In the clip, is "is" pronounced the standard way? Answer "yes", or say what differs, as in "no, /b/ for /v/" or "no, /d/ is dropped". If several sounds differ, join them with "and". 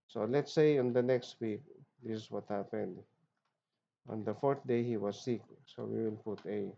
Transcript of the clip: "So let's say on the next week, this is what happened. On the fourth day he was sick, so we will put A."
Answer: no, /s/ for /z/